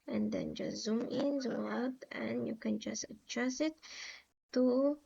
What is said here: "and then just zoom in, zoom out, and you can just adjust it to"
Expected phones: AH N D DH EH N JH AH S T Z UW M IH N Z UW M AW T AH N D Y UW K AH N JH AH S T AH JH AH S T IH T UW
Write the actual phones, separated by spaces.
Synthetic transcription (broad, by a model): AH N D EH N JH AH Z UW M IH N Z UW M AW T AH N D Y UW K AH N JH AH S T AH CH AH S IH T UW